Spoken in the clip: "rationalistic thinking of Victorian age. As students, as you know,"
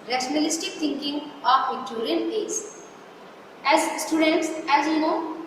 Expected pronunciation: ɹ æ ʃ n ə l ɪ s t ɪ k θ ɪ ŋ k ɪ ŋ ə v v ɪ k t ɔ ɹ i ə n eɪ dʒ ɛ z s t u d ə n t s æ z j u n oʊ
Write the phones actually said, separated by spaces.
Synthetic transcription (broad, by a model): ɹ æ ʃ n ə l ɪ s t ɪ k t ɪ ŋ k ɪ ŋ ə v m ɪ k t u ɹ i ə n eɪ z ɛ z s t u d ə n t s æ z j u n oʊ